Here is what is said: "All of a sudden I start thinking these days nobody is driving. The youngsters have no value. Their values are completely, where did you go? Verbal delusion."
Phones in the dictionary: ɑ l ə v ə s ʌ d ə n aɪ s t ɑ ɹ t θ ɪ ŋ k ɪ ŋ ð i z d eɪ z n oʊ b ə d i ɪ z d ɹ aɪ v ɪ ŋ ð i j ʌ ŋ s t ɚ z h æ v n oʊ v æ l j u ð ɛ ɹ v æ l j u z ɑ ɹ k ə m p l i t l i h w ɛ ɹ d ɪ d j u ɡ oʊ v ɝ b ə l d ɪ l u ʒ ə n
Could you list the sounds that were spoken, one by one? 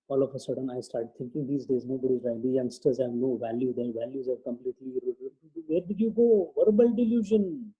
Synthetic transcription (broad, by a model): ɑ l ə f ə s ʌ d ə n aɪ s t ɑ ɹ t t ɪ ŋ k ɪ ŋ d i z d eɪ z n oʊ b ə d i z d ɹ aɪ ɪ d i j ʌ ŋ s t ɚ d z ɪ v n oʊ v æ l j u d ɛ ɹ v æ l j u z ɑ ɹ k ə m p l i t l i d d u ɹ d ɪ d j u ɡ oʊ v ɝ b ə l d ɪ l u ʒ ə n